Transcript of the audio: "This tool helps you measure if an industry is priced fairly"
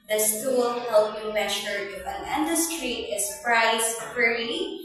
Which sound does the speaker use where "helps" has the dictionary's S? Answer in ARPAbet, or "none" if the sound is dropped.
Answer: none